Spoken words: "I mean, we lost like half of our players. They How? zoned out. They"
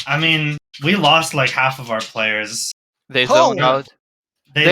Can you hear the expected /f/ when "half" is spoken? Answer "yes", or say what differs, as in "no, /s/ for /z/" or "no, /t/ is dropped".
yes